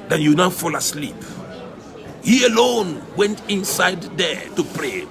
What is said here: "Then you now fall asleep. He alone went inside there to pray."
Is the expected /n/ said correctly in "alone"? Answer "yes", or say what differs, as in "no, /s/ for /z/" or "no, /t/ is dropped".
yes